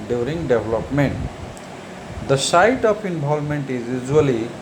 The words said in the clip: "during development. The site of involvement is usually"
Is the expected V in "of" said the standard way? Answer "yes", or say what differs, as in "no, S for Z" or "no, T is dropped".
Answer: no, P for V